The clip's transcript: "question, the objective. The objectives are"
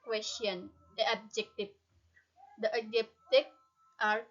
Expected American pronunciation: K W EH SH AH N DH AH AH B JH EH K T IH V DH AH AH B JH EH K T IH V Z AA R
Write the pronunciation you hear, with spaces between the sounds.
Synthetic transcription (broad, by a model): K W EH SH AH N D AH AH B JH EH K T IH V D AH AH JH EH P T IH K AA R